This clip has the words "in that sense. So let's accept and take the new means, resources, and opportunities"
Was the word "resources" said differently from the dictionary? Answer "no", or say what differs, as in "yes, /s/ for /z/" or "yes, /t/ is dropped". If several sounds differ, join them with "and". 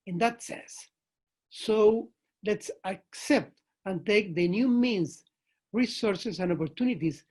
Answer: yes, /s/ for /z/